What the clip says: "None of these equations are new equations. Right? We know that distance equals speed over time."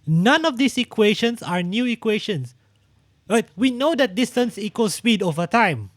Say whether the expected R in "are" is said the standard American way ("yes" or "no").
yes